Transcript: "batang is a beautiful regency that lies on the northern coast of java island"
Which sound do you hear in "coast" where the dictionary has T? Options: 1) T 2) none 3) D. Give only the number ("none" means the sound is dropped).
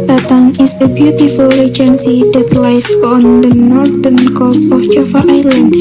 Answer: 2